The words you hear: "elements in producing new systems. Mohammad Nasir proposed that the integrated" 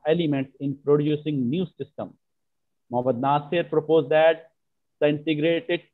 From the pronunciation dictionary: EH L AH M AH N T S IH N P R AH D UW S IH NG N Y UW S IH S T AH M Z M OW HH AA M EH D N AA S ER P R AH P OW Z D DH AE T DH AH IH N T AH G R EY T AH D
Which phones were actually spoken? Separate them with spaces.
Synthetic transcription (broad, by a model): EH L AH M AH N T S IH N P R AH D UW S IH NG N Y UW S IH S T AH M M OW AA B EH D N AA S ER P R AH P OW Z D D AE T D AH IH N T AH G R EY T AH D